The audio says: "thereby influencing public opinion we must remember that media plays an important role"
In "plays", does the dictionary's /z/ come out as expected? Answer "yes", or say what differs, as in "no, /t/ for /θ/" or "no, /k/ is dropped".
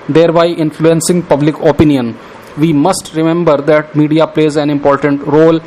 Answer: yes